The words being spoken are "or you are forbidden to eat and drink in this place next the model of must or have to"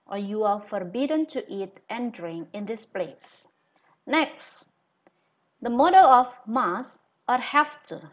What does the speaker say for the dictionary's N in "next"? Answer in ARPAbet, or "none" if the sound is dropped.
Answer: N